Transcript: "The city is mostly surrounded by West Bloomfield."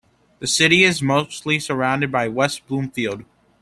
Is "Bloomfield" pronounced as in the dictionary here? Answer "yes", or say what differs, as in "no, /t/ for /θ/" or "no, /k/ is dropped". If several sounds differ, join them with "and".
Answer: yes